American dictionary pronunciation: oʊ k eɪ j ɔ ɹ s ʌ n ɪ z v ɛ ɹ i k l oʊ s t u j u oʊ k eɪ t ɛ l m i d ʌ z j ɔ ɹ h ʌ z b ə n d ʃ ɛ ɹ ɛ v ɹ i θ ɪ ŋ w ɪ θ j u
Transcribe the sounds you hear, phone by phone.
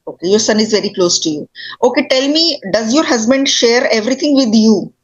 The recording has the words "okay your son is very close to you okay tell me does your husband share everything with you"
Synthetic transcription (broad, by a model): oʊ k eɪ j ɔ ɹ s ʌ n ɪ z v ɛ ɹ i k l oʊ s t u j u oʊ k eɪ t ɛ l m i d ʌ z j ɔ ɹ h ʌ z b ə n d ʃ ɛ ɹ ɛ v ɹ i t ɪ ŋ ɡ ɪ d j u